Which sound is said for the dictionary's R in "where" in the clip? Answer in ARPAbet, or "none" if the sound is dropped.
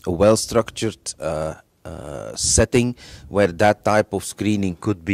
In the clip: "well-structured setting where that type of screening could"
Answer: R